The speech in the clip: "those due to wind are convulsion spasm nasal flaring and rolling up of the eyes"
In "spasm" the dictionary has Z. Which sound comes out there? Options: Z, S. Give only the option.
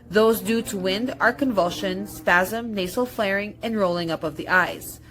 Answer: Z